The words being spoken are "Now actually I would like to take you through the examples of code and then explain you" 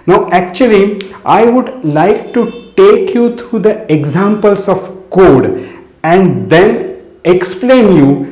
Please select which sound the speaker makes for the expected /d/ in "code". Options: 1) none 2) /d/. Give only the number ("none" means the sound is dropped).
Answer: 2